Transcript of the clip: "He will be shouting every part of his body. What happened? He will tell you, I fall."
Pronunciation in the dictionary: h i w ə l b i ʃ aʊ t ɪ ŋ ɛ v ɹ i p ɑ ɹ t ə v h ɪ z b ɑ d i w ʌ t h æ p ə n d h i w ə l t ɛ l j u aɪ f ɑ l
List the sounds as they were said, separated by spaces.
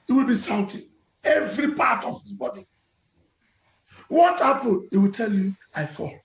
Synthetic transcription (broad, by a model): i w ə l b i s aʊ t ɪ ɛ v ɹ i p ɑ t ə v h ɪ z b ɑ d i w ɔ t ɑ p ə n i w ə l t ɛ l j u aɪ f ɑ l